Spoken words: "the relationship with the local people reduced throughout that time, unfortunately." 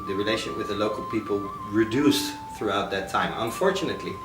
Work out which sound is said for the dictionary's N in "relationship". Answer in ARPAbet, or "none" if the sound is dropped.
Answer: none